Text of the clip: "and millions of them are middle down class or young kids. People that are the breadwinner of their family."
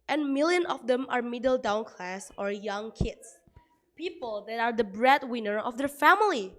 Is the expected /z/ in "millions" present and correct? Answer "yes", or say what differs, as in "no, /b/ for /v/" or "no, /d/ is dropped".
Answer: no, /z/ is dropped